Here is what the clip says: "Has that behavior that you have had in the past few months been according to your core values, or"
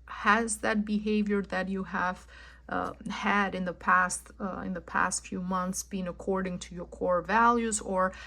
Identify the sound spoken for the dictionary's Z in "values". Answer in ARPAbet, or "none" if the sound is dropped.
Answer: Z